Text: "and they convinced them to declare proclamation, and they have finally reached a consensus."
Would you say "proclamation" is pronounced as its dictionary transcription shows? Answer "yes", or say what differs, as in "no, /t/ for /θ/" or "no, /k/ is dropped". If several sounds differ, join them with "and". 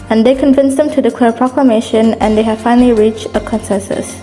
yes